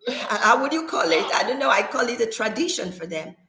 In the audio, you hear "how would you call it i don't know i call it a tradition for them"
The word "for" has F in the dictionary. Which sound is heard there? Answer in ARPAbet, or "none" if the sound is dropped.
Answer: F